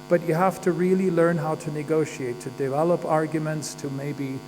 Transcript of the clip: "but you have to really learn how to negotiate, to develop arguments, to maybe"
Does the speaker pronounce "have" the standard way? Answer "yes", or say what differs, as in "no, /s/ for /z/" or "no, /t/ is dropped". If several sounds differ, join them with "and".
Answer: no, /f/ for /v/